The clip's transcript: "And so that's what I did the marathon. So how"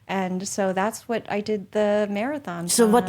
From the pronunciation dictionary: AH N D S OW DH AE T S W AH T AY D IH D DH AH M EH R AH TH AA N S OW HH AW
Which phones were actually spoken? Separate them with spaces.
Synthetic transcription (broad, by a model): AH N S OW DH AE T S W AH T AY D IH D DH AH M EH R AH TH AA N S OW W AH